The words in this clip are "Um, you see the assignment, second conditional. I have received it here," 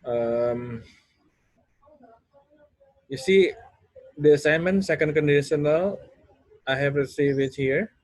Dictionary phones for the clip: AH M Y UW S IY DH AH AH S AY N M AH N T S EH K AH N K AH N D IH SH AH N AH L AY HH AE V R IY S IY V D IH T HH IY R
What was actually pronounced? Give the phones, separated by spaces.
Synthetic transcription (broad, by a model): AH M Y UW S IY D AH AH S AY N M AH N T S EH K AH N K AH N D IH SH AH N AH L AY HH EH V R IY S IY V IH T HH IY R